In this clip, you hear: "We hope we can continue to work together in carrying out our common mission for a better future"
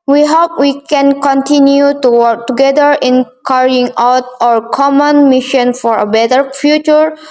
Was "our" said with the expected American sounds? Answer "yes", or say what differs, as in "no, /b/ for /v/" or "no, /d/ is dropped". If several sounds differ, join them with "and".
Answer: yes